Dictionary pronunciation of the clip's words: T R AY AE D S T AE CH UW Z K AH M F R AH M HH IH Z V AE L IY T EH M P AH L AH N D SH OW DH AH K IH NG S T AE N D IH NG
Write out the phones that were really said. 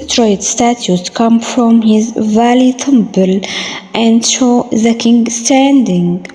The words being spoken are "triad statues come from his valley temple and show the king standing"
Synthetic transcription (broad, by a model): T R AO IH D S T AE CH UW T K AH M F R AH M HH IH Z V AE L IY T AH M B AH L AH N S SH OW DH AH K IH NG S T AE N D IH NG